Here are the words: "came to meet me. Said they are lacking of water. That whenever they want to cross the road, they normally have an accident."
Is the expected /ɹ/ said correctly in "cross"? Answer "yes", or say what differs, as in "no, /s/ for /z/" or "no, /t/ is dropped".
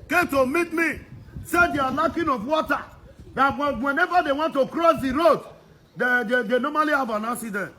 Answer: yes